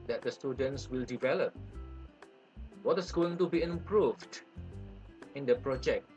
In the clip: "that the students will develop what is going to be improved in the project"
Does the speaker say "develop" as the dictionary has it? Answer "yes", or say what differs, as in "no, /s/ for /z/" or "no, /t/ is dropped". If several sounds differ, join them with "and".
yes